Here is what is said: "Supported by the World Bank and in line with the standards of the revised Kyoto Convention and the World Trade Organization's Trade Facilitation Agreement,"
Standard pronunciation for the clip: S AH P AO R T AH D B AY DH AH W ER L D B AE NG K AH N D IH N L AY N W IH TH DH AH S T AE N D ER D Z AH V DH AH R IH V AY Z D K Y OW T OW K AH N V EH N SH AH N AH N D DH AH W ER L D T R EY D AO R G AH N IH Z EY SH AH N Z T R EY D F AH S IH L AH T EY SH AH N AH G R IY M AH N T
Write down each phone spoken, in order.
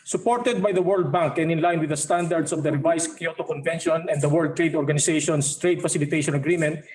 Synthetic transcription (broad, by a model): S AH P AO R T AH D B AY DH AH W ER L D B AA NG K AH N IH N L AY N W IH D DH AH S T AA N D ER D S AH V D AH R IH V AY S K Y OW T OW K AH N V EH N SH AH N AH N D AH W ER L D T R EY D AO R G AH N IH S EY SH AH N S T R EY D F AH S IH L AH T EY SH AH N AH G R IY M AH N T